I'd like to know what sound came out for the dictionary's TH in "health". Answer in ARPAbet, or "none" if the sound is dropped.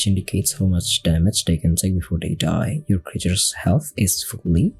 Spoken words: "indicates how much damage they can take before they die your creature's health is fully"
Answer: TH